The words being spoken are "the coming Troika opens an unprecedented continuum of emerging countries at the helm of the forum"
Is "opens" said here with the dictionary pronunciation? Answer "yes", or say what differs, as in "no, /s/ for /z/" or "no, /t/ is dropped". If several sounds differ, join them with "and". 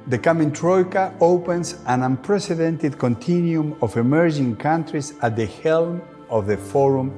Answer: no, /s/ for /z/